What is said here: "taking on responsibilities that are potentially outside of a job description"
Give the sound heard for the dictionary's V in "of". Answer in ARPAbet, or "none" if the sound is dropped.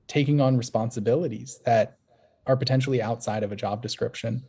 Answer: V